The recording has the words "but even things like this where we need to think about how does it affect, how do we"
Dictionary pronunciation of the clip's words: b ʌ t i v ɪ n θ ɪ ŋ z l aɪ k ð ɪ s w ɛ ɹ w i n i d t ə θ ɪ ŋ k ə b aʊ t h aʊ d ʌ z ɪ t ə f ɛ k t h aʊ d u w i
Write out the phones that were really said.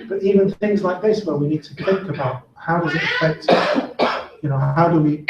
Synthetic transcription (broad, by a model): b ʌ t i v ɪ n θ ɪ ŋ z l aɪ k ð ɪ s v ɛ l w i n i d t ə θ ɪ ŋ k ə b aʊ t h aʊ d ʌ z ɪ t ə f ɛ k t h aʊ d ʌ w i